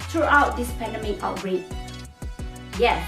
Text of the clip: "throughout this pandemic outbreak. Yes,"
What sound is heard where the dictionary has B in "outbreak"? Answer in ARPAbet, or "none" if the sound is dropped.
none